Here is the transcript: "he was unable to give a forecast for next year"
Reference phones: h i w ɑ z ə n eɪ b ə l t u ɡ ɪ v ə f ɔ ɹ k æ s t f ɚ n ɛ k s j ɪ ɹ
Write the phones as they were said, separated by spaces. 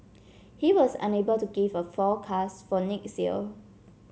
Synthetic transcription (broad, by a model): h i w ɑ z ə n eɪ b ə l t u ɡ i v ə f ɔ k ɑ s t f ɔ n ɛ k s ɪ l